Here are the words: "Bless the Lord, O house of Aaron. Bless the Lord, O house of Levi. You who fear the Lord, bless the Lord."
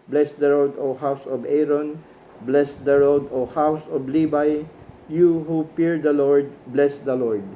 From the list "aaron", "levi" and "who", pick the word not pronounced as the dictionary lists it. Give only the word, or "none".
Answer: levi